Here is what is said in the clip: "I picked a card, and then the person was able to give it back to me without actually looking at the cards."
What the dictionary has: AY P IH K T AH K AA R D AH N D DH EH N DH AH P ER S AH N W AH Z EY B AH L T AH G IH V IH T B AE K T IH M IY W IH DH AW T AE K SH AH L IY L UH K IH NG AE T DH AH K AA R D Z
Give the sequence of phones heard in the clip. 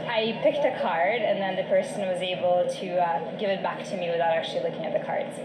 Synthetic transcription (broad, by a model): AY P IH K T AH K AA R D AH N DH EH N DH AH P ER S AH N W AH Z EY B L T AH G IH V IH T B AE K T IH M IY W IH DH AW T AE K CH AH L IY L UH K IH NG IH T DH AH K AA R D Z